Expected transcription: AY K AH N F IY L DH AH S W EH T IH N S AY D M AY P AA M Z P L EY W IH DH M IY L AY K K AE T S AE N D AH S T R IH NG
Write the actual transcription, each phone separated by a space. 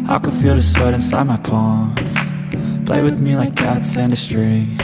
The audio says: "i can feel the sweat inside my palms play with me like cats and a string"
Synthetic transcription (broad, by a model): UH K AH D F IY L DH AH S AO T IH N S AY D M AY P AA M P L EY W IH DH M IY L AY K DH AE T S AE N D AH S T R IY